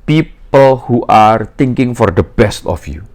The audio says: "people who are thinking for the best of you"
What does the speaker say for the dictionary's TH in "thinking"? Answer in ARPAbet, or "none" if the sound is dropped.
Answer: T